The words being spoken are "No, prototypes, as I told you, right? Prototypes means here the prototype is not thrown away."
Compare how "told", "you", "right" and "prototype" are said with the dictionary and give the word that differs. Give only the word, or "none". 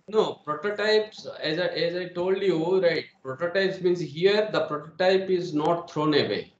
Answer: none